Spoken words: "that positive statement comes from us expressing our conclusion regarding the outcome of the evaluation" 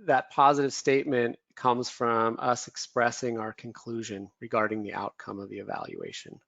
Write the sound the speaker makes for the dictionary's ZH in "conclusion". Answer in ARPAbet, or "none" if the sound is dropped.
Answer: ZH